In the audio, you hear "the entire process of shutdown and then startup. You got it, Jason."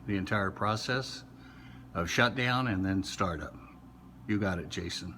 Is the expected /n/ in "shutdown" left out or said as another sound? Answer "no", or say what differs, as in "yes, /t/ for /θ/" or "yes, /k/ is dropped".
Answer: no